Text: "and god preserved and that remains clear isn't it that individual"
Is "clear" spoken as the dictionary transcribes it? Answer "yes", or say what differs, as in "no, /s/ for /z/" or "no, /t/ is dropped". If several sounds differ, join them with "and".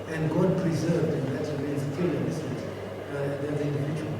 no, /l/ is dropped